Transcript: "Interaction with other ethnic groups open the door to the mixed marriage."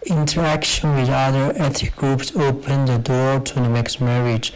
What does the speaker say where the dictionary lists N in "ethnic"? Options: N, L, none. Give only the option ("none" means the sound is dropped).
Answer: none